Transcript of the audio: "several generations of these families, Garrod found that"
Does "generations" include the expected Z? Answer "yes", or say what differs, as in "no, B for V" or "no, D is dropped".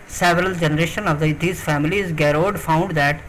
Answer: no, Z is dropped